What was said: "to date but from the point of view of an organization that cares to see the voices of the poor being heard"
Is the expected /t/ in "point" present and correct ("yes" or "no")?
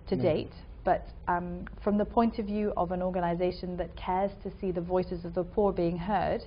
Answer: yes